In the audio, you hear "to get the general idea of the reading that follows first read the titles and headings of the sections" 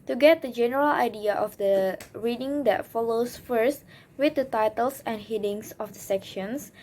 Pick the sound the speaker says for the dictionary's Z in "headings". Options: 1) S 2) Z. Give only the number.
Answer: 1